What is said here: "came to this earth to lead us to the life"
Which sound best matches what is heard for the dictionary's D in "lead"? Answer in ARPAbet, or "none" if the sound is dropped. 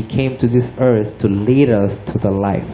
D